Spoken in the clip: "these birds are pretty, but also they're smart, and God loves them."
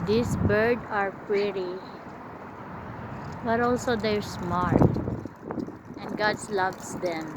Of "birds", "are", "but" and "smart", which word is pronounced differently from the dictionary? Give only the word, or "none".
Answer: birds